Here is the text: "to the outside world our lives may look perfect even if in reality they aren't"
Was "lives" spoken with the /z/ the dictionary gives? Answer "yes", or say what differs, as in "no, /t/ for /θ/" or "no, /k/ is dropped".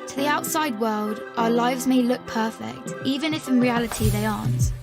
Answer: yes